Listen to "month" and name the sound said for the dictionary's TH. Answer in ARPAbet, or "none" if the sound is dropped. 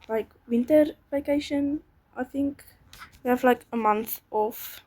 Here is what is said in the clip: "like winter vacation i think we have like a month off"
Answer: TH